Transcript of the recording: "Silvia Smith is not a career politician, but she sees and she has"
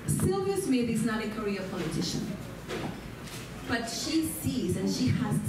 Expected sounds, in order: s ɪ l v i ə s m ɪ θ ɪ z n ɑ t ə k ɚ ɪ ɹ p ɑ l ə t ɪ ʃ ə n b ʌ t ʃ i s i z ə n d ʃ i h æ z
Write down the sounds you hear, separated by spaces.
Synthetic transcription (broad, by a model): s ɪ l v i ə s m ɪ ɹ ɪ z n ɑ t ə k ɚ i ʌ p ɑ l ə t ɪ ʃ ə n b ʌ t ʃ i s i z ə n ʃ i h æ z